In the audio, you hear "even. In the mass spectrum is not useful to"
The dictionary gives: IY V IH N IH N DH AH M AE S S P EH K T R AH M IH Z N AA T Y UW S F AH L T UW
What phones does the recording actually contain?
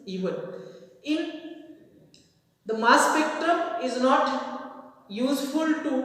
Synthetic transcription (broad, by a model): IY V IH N IH N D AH M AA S S P EH K T R AH M IH Z N AA T Y UW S F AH L T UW